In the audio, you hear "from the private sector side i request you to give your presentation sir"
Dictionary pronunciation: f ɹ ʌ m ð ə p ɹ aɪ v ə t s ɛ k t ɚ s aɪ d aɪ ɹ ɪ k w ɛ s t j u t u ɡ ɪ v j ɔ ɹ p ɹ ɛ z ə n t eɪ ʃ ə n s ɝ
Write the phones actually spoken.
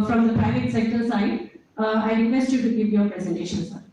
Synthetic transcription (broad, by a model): f ɹ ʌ m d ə p ɹ aɪ v ə t s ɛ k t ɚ s aɪ d aɪ ɹ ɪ k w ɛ s t j u t u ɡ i p j ɔ ɹ p ɹ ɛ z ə n t eɪ ʃ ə n s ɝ